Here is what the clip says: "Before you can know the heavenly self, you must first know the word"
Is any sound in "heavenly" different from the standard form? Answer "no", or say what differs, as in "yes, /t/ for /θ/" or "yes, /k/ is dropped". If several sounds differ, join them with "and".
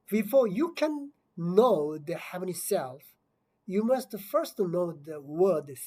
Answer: yes, /l/ is dropped